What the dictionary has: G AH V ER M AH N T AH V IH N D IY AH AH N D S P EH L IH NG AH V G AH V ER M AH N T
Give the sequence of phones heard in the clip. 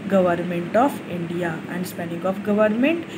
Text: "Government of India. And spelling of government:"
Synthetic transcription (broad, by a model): G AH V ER M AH N T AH F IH N D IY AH AH N D S P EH N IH NG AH F G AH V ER M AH N T